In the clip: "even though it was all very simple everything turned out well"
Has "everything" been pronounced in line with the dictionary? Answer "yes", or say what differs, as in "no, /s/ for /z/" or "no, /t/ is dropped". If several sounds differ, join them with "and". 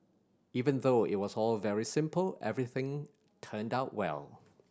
yes